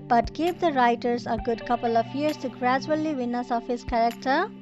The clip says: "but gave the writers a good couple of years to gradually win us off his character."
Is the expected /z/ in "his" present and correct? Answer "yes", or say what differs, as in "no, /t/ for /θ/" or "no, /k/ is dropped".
no, /s/ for /z/